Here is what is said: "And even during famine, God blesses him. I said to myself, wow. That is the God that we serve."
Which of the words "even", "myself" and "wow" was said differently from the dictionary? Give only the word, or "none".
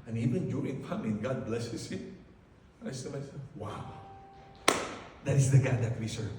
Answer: myself